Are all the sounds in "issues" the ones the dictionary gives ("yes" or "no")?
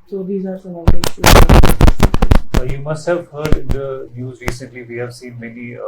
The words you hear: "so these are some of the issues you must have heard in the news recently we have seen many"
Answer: no